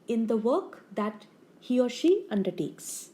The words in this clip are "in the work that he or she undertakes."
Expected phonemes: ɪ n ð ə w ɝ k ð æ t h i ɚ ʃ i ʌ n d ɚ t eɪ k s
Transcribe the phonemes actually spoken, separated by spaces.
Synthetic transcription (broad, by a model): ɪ n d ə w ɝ k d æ t h i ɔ ʃ i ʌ n d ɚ t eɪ k s